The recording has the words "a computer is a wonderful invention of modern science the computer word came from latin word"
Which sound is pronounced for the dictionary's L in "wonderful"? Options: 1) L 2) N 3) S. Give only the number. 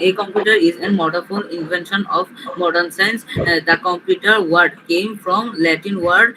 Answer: 2